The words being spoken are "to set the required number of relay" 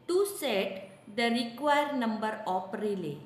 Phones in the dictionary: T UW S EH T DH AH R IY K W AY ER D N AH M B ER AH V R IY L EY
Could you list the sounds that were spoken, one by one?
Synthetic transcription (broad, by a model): T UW S EH T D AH R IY K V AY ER D N AH M B ER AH P R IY L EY